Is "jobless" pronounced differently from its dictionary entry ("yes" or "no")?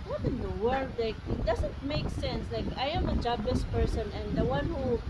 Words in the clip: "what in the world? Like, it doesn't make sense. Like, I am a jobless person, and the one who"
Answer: yes